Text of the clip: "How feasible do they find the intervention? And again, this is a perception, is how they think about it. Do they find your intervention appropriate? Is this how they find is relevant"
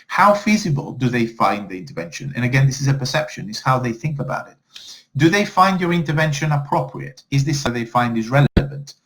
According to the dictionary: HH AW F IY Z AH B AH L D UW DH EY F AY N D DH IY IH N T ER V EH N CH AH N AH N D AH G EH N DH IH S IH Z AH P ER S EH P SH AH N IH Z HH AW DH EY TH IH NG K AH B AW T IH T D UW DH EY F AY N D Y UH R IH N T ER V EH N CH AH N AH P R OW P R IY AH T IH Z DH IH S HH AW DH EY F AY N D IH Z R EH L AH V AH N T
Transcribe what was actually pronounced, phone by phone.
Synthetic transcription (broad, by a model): HH AW F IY Z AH B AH L D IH DH EY F AY N DH IY IH N T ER V EH N SH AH N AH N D AH G EH N DH IH S IH Z AH P ER S EH P SH AH N IH Z HH AW DH EY TH IH NG K AH B AW T IH T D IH DH EY F AY N D Y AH R IH N T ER V EH N SH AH N AH P R OW P R IY AH T IH Z DH IH S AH DH EY F AY N D IH Z R EH L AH V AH N T